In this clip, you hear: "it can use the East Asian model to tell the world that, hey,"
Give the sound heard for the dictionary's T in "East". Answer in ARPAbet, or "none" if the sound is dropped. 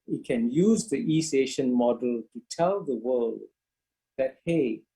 none